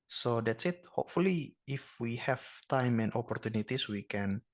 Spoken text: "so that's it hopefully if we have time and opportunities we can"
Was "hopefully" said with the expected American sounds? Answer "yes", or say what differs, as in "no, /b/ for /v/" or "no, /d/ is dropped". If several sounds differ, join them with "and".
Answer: yes